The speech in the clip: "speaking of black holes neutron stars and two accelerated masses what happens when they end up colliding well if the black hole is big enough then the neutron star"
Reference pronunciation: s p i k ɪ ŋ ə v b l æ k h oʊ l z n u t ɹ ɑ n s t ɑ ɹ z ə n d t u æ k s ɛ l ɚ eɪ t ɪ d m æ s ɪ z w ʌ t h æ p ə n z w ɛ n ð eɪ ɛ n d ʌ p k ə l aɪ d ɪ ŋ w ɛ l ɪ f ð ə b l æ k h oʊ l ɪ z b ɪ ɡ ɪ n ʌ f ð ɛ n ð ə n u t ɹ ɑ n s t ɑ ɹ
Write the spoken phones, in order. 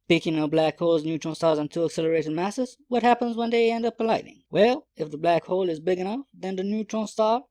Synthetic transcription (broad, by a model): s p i k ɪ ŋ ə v b l æ k h oʊ l z n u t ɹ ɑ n s t ɑ ɹ z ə n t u æ k s ɛ l ɚ eɪ t ɪ d m æ s ɪ z w ʌ t h æ p ə n z w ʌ n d eɪ ɛ n d ʌ p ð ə l aɪ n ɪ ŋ w ɛ l ɪ f ð ə b l æ k h oʊ l ɪ z b ɪ ɡ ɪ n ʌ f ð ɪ n ð ə n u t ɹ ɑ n s t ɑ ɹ